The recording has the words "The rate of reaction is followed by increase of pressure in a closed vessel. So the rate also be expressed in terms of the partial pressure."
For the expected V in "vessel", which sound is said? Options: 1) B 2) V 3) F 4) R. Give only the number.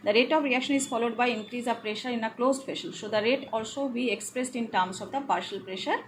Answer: 3